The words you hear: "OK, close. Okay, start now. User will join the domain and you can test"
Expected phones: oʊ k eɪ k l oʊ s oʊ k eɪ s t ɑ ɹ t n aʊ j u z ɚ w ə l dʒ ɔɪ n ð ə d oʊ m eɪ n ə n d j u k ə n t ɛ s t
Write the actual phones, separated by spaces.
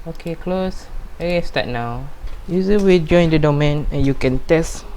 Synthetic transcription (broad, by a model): oʊ k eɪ k l oʊ s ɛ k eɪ s t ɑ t n aʊ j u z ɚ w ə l dʒ ɔɪ n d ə d oʊ m eɪ n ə n j u k ə n t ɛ s t